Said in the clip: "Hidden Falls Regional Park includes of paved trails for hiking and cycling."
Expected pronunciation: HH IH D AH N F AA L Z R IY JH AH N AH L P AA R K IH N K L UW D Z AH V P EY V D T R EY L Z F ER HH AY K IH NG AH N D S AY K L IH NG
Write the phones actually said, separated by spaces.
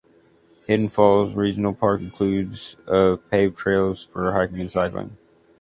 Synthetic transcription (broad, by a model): HH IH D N F AA L Z R IY JH N L P AA R K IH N K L UW D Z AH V P EY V T R EY L Z F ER HH AY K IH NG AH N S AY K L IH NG